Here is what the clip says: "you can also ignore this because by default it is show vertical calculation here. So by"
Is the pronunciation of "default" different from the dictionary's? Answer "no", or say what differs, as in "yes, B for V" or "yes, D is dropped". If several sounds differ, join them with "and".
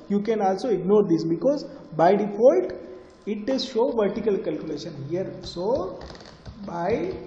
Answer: yes, N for L